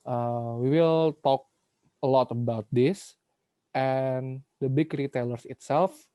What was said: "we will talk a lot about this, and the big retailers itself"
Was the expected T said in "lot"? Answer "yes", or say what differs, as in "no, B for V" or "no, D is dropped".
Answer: yes